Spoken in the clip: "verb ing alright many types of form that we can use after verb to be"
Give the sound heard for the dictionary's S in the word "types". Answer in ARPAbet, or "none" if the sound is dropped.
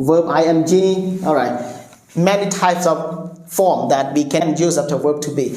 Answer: S